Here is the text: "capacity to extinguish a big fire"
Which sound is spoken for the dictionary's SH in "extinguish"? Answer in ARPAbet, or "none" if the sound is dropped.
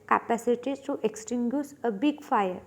S